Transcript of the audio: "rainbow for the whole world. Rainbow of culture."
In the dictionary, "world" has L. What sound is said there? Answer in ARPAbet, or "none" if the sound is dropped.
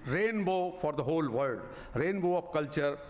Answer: none